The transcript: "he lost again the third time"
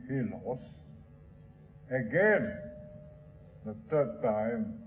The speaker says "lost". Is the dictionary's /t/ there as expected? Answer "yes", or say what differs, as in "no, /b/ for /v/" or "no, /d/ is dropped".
no, /t/ is dropped